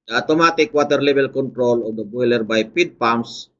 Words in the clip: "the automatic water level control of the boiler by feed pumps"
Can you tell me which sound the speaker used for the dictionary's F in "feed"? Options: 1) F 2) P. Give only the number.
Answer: 2